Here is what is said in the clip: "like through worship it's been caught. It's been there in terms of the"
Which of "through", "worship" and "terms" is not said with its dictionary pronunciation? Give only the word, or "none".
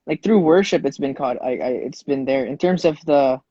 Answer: none